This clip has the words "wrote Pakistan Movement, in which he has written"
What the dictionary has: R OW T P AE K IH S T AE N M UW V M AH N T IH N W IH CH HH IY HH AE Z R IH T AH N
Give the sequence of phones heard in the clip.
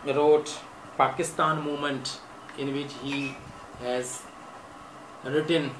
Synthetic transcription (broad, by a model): R OW T P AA K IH S T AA N M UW M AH N T IH N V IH CH HH IY HH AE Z R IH T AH N